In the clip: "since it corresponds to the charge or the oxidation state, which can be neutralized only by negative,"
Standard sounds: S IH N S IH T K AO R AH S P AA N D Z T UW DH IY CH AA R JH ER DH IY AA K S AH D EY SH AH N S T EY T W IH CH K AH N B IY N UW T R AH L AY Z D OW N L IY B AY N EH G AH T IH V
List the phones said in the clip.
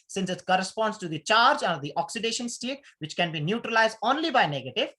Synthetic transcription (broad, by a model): S IH N S IH T K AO R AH S P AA N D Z T UW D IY CH AA R JH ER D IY AA K S AH D EY SH AH N S T EY T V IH CH K AH N B IY N UW T R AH L AY Z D OW N L IY B AY N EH G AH T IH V